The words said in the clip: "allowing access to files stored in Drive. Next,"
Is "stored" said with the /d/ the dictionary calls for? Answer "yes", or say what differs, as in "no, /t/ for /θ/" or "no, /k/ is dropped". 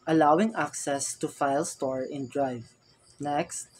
no, /d/ is dropped